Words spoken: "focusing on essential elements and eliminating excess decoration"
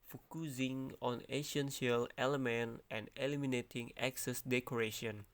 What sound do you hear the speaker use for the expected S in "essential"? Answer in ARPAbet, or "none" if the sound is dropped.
SH